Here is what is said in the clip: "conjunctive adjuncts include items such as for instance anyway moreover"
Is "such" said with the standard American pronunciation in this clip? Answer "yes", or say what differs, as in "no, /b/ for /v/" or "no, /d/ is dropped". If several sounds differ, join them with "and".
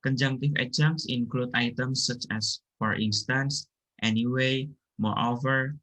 yes